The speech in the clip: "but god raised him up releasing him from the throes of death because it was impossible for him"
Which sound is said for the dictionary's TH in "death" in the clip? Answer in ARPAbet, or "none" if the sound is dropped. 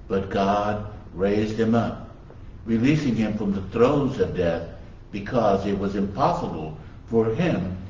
TH